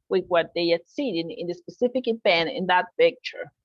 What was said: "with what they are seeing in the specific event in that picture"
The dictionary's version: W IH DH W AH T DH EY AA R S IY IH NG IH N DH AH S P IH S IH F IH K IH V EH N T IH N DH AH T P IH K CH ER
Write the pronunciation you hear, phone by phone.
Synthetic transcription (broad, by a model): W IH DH W AH T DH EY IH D S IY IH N IH N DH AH S P IH S IH F IH K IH B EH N IH N DH AH T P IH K CH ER